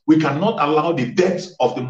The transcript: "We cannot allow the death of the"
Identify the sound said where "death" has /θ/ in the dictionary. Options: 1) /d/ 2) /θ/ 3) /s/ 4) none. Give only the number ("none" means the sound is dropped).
3